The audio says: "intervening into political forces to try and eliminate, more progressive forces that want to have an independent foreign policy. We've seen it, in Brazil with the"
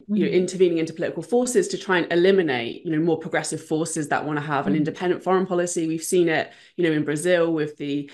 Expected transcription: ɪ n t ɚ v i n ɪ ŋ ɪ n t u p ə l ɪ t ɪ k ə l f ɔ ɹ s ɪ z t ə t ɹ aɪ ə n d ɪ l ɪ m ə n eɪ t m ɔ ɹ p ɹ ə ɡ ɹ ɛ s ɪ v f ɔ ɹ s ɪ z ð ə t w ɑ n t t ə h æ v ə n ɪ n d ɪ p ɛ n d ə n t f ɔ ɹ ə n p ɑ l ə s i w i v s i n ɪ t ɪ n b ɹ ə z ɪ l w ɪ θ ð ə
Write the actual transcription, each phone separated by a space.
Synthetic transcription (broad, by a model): ɪ n t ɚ v i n ɪ ŋ ɪ n t u p ə l ɪ t ɪ k ə l f ɔ s ɪ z t ə t ɹ aɪ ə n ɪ l ɪ m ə n eɪ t m ɔ p ɹ ə ɡ ɹ ɛ s ɪ v f ɔ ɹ s ɪ z ð ə t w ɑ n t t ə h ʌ v ə n ɪ n d ɪ p ɛ n d ə n t f ɔ ɹ ə n p ɑ l ə s i w i v s i n ɪ t ɪ n b ɹ ə z ɪ l w ɪ ð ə